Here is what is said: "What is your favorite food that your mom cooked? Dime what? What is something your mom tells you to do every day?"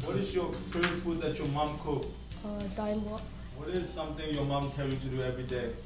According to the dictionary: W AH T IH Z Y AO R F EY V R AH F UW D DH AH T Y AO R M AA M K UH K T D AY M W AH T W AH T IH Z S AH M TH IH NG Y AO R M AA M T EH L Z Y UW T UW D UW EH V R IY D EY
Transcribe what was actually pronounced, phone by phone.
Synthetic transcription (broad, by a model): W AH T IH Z Y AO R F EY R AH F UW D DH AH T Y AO M AA M K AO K D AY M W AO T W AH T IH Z S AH M T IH NG Y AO M AA M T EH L Y UW T UW D UW EH V R IY D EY